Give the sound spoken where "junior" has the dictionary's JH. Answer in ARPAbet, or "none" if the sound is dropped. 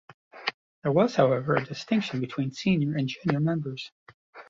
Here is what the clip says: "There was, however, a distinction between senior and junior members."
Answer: JH